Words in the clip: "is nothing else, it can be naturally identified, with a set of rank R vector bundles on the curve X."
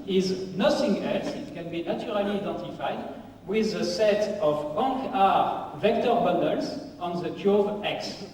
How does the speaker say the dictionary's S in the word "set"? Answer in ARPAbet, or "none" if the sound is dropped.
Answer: S